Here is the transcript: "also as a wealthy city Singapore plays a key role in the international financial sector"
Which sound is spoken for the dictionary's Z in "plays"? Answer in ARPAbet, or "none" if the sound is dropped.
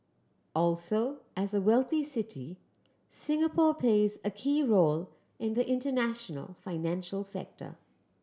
Z